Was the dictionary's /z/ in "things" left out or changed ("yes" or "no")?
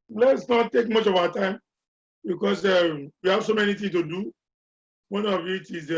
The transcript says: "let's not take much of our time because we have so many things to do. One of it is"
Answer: yes